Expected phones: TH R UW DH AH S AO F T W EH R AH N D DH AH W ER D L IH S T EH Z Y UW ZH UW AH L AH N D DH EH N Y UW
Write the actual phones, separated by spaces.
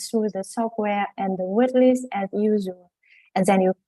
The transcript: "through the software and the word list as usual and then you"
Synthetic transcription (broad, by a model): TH R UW DH AH S AO F T W EH R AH N DH AH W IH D L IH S EH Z Y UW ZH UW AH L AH N DH EH N Y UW